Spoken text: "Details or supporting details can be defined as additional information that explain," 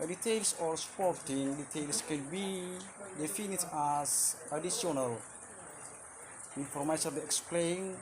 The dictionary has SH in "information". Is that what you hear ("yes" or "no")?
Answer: no